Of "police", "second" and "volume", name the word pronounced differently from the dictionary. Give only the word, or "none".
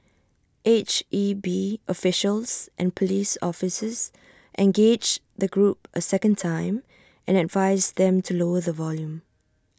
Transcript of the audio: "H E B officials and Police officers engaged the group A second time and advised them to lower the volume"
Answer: none